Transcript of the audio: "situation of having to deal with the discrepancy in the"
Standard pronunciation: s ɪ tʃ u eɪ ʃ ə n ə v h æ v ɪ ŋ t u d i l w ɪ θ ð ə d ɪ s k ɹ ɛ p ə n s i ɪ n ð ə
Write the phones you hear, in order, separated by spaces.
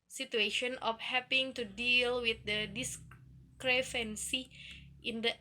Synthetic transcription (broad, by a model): s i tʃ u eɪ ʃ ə n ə f h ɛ p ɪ ŋ t u d i l w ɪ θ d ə d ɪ s k ɹ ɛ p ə n s i ɪ n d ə